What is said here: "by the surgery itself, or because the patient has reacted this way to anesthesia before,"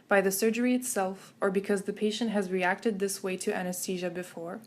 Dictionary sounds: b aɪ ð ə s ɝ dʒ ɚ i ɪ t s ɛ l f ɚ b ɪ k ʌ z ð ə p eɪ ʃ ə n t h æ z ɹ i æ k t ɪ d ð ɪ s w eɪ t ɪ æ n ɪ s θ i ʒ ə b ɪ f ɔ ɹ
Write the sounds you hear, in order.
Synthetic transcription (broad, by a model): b aɪ ð ə s ɝ dʒ ɚ i ɪ t s ɛ l f ɚ b ɪ k ʌ z ð ə p eɪ ʃ ə n t h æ z ɹ i æ k t ɪ d ð ɪ s w eɪ t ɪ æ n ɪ s t i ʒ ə b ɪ f ɔ ɹ